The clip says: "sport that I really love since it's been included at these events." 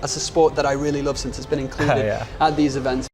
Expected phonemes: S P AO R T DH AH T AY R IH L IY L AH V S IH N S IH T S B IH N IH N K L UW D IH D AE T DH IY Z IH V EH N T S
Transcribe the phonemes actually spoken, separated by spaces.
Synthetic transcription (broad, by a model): S P AO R T DH AH T AY R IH L IY L AH V S IH N S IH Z B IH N IH N K L UW D IH D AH T DH IY Z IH V EH N T S